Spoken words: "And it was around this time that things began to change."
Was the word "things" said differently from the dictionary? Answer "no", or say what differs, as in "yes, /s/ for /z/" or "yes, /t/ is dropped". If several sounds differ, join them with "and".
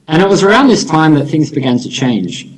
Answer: no